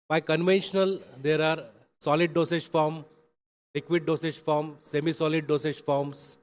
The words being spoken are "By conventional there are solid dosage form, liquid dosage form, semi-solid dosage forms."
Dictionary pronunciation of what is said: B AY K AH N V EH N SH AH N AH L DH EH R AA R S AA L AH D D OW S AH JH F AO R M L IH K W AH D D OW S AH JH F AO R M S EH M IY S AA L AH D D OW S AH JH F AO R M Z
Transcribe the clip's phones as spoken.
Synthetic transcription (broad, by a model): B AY K AH N V EH N SH AH N AH L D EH R AA R S AA L AH D D OW S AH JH F AO R M L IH K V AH D D OW S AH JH F AO R M S EH M IY S AA L AH D D OW S AH JH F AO R M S